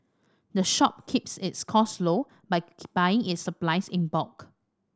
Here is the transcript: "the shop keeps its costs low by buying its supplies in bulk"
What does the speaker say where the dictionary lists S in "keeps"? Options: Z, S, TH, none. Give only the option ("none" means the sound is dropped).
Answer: S